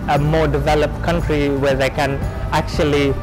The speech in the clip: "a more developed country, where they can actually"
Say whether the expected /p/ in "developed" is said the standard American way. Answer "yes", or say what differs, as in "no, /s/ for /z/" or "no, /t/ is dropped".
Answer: yes